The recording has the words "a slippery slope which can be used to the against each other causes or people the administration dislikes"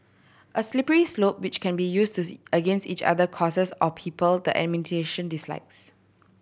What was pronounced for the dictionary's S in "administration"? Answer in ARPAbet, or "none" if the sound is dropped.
none